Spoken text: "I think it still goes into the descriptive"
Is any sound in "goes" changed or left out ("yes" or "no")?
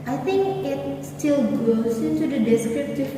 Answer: yes